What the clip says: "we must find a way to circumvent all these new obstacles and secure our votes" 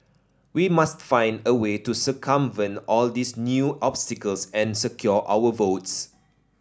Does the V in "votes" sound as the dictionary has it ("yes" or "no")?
yes